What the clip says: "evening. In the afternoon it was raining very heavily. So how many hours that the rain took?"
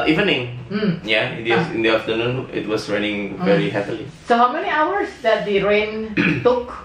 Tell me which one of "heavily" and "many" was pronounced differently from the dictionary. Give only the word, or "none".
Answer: heavily